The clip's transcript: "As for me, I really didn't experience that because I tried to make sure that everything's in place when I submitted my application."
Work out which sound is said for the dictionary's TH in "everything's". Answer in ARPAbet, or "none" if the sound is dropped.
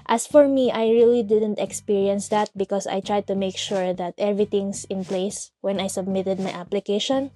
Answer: T